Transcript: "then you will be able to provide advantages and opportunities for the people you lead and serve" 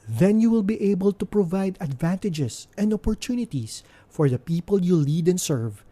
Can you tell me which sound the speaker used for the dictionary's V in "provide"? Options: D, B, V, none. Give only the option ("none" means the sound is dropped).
V